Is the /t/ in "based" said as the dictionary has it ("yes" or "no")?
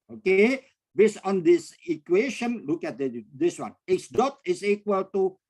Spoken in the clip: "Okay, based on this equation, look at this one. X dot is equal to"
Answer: no